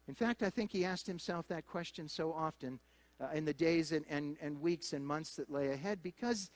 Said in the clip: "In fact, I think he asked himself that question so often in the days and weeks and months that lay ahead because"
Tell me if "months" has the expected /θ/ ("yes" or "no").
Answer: yes